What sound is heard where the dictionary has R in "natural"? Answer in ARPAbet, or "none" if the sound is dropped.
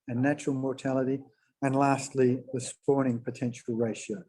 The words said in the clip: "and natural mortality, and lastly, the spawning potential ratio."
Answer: R